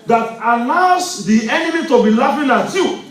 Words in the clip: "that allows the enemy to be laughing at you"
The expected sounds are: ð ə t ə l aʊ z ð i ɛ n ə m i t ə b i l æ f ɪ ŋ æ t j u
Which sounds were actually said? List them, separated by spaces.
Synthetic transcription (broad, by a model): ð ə t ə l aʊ s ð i ɛ n ə m i t ə b i l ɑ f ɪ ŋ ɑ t j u